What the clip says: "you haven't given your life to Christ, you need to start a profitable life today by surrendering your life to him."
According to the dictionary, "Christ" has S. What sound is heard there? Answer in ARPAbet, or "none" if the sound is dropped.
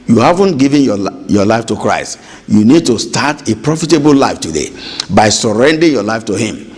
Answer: S